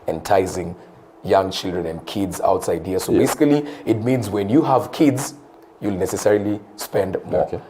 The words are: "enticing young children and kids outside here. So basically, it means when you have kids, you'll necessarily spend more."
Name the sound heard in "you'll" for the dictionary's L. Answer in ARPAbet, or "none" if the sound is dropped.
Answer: L